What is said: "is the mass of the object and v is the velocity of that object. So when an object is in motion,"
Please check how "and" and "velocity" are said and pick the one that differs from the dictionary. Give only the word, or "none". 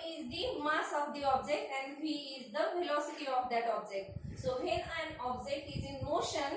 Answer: velocity